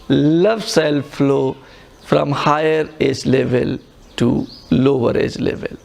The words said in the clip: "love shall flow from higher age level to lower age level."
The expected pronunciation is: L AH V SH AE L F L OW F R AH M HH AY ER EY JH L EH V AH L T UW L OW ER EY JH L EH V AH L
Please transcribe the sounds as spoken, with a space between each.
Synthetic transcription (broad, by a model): L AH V S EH L F L OW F R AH M HH AY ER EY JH L EH V AH L T UW L OW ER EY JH L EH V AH L